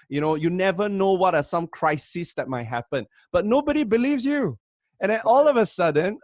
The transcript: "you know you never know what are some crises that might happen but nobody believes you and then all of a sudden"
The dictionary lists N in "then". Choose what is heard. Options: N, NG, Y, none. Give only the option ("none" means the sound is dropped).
none